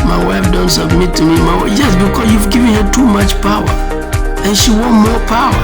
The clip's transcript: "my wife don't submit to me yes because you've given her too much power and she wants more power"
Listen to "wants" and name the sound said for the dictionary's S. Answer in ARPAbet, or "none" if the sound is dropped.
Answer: none